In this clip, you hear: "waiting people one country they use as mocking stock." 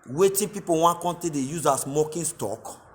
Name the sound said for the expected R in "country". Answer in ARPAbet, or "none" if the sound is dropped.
none